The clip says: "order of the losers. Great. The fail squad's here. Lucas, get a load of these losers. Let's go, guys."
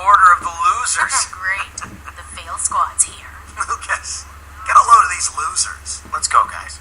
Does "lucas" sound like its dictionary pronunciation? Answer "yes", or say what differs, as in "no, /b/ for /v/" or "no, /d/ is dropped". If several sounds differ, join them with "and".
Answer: no, /w/ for /l/